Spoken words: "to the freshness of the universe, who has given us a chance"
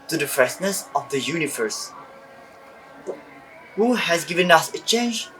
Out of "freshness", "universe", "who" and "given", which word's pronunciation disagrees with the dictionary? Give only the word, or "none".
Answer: freshness